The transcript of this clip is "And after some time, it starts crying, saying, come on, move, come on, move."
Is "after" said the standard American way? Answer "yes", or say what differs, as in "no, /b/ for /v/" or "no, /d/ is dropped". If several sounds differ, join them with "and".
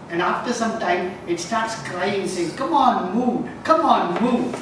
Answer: yes